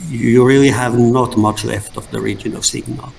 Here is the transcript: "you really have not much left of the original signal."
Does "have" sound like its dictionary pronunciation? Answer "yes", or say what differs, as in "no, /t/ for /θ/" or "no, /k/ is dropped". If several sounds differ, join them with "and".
yes